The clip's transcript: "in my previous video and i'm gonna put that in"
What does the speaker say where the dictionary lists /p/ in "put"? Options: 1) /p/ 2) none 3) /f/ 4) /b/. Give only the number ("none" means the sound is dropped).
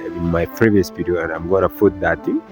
3